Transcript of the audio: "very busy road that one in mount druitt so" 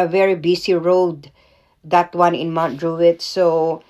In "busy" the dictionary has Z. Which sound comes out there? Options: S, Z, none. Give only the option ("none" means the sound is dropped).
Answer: S